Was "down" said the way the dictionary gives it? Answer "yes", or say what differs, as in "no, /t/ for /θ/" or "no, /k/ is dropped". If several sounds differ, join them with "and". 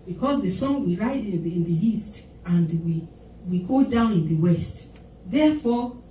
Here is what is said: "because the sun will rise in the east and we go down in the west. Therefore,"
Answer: yes